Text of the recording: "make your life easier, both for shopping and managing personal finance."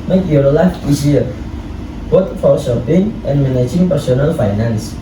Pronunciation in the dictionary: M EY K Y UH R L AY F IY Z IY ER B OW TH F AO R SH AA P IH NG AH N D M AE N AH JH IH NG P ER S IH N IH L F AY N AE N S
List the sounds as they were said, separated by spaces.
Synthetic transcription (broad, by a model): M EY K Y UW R L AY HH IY S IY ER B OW T F AO R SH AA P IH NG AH N M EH N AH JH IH NG P ER S IH N IH L F AY N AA N S